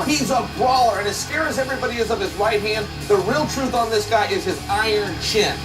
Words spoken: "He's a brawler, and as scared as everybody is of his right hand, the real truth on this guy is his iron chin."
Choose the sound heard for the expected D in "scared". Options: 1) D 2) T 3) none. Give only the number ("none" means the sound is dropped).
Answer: 3